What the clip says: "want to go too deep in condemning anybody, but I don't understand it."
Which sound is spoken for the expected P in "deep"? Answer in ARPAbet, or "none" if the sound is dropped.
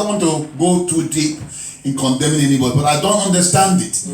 P